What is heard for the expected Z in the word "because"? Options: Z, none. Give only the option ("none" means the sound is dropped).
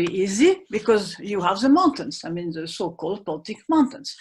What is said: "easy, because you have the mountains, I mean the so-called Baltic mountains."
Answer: Z